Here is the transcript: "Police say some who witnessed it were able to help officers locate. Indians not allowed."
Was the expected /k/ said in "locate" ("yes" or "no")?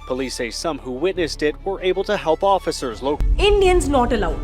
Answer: no